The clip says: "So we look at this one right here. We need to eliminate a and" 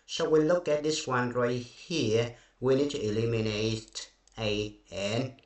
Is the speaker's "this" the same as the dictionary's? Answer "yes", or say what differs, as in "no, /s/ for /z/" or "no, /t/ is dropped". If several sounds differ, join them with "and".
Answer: yes